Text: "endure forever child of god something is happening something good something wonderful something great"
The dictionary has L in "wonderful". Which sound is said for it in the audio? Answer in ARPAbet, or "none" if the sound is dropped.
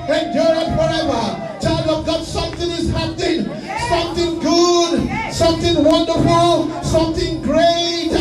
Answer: L